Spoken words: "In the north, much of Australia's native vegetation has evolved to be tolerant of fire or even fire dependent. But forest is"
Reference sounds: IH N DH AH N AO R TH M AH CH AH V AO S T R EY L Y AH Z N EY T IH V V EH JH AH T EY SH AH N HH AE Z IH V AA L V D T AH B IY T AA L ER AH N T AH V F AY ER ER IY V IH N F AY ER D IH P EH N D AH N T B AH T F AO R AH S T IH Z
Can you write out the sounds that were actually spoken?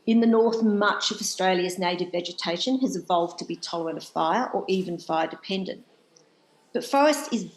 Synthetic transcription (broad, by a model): IH N DH AH N AO R TH M AH CH AH V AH S T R EY L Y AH Z N EY T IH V V EH JH AH T EY SH AH N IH Z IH V AA L V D T AH B IY T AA L ER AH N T AH V F AY ER ER IY V IH N F AY ER D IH P EH N D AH N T B AH T F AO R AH S T IH Z